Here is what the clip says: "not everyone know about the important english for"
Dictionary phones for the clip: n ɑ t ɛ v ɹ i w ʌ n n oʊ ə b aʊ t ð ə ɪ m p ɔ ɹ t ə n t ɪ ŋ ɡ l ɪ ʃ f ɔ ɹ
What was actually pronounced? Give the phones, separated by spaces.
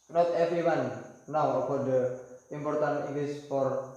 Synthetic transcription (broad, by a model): n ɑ t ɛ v ɹ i w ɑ n n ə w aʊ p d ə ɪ m p ɔ ɹ t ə n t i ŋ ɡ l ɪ s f ɔ ɹ